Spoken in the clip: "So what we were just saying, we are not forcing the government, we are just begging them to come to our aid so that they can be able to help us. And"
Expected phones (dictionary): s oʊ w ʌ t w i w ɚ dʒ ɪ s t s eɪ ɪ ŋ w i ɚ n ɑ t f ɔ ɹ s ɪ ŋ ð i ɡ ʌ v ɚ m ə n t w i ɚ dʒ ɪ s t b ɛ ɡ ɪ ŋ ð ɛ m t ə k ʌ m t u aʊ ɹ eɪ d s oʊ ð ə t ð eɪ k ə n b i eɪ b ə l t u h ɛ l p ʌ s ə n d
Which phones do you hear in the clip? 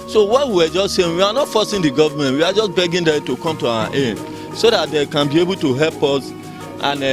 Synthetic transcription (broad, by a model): s oʊ w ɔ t w i w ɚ dʒ ɪ s t s eɪ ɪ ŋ w i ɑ n ɑ t f ɔ s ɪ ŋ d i ɡ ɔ v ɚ m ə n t w i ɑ dʒ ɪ s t b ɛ ɡ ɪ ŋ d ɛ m t ə k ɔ m t u aʊ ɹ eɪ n s oʊ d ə t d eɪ k ə n b i eɪ b ə l t u h ɛ l p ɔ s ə n